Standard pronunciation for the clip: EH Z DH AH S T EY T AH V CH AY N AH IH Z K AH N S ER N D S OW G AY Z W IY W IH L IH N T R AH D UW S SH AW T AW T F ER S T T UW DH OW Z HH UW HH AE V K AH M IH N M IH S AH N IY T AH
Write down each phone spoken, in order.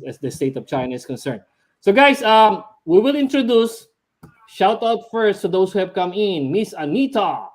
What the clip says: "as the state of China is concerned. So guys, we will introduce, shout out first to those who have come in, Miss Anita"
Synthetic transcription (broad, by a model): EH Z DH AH S T EY T AH V CH AY N AH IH S K AH N S ER N D S OW G AY S W IY W IH L IH N T R AH D UW S SH AW T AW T F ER S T T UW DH OW S HH UW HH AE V K AH M IH N M IH S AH N IY T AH